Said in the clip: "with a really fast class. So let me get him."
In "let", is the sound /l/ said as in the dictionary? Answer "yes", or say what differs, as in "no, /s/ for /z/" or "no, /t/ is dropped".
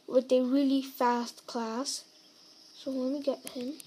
no, /w/ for /l/